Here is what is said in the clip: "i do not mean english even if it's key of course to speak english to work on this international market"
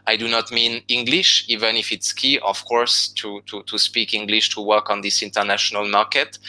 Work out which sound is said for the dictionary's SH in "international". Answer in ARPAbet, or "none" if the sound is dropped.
SH